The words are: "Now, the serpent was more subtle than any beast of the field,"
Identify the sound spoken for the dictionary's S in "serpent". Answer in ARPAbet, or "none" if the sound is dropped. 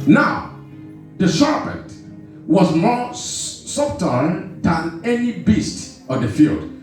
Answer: SH